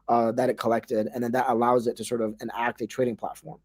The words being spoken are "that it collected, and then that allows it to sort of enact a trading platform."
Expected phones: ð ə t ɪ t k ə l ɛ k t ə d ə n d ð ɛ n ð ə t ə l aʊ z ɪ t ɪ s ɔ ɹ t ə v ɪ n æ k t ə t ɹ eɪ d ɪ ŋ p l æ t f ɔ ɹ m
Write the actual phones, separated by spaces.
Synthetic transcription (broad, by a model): ð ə t ɪ t k ə l ɛ k t ə d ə n ð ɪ n ð ə t ə l aʊ z ɪ t ɪ s ɔ ɹ t ə v ɪ n æ k t ə t ɹ eɪ d ɪ ŋ p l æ t f ɔ ɹ m